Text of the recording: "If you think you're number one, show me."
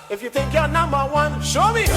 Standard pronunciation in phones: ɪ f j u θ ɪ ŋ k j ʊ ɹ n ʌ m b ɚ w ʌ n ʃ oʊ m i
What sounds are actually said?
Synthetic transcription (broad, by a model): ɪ f j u t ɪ k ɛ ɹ n ʌ m b ɚ w ʌ n ʃ oʊ m i